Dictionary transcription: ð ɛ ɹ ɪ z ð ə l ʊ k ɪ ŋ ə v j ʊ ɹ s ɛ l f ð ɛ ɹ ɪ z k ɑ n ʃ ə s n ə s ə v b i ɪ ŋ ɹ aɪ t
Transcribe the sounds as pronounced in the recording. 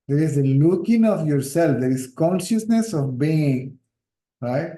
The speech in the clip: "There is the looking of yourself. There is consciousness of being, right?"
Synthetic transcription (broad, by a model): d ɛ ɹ ɪ z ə l ʊ k ɪ ŋ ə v j ʊ ɹ s ɛ l f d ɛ ɹ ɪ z k ɑ n ʃ ə s n ə s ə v b i ɪ ŋ ɹ aɪ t